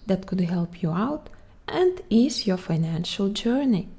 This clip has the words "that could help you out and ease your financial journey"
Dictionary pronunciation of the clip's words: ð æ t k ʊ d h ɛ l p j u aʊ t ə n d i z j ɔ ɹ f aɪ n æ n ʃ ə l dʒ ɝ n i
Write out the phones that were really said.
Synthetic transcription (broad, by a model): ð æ t k ʊ d h ɛ l p j u aʊ t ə n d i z j ɔ ɹ f aɪ n æ n ʃ ə l dʒ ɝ n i